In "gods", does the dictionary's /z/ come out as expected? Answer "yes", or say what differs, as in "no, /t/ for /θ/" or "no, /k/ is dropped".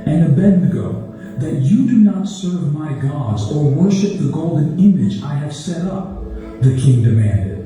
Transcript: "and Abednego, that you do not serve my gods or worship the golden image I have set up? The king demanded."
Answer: yes